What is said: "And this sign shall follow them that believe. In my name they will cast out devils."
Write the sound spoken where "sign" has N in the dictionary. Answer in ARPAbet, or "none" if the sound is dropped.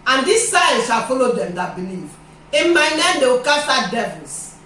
L